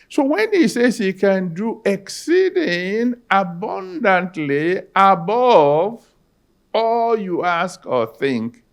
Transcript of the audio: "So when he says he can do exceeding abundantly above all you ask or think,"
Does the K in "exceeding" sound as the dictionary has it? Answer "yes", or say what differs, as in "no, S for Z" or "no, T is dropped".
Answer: yes